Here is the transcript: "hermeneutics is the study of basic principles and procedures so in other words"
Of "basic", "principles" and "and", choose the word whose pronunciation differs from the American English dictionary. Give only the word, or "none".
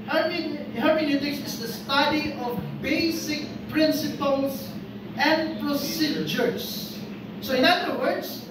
principles